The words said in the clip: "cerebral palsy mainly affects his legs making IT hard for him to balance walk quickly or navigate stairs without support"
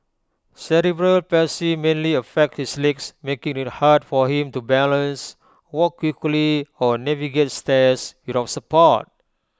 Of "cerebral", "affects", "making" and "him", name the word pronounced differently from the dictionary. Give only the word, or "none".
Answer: affects